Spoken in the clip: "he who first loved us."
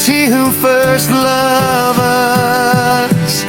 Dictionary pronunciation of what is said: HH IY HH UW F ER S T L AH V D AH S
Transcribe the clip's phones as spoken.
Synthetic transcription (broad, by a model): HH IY HH UW F ER S T L AH V AH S